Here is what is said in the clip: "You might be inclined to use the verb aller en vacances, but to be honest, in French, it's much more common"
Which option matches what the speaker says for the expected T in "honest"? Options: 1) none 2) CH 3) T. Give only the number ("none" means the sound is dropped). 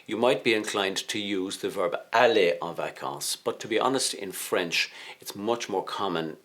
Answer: 3